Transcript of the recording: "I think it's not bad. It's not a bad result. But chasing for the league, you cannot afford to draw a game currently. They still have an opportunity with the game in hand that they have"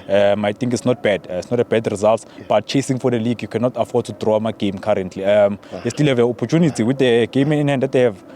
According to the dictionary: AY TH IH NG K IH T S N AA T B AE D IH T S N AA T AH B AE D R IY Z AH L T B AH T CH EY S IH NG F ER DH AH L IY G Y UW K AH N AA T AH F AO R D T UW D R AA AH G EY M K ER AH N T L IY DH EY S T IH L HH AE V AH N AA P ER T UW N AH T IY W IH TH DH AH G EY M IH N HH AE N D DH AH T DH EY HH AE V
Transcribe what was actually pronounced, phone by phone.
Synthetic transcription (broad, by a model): AY T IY NG K IH T S N AA T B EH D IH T S N AA T AH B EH D R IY Z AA L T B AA T CH EY S IH NG F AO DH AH L IY G Y UW K AH N AA T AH F AO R D T UW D R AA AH G EY M K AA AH N T L IY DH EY S T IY L HH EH V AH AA P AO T UW N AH T IY W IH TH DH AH G EY M N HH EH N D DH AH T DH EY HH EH V